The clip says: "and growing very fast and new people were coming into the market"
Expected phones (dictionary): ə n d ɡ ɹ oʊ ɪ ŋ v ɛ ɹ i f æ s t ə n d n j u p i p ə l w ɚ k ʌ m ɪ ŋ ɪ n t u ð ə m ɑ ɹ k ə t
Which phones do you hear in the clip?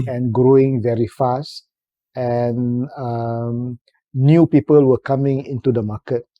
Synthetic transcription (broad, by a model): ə n ɡ ɹ oʊ ɪ ŋ v ɛ ɹ i f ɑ s t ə n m n j u p i p ə l w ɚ k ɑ m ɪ ŋ ɪ n t u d ə m ɑ k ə t